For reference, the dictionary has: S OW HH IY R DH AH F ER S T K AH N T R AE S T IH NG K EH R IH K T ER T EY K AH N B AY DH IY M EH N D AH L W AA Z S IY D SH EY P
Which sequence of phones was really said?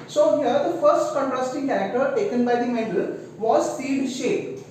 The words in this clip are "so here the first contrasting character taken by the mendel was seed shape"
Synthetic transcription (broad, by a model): S OW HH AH R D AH F ER S T K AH N T R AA S T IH NG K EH R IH K T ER T EY K AH N B AY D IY M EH D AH L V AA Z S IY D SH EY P